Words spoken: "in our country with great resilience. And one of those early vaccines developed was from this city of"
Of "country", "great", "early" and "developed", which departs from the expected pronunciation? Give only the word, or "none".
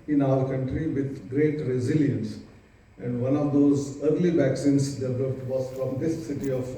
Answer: developed